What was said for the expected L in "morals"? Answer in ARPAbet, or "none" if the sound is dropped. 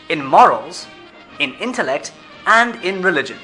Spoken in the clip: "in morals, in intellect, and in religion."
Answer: L